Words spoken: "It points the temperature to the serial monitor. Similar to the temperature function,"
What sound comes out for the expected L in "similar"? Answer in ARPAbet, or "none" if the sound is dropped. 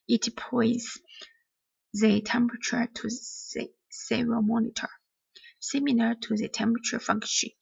N